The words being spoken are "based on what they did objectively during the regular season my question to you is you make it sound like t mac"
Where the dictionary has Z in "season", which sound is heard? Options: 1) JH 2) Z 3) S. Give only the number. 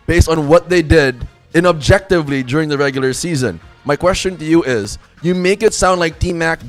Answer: 2